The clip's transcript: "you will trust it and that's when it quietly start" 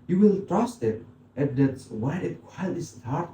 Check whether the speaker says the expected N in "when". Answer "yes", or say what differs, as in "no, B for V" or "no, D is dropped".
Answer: no, N is dropped